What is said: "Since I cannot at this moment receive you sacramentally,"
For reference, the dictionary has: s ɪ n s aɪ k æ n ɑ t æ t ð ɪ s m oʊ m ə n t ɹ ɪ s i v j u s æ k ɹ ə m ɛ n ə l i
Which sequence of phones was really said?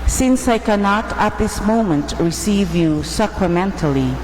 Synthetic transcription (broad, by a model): s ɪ n s aɪ k æ n ɑ t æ t ð ɪ s m oʊ m ə n t ɹ ɪ s i v j u s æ k ɹ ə m ɛ n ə l i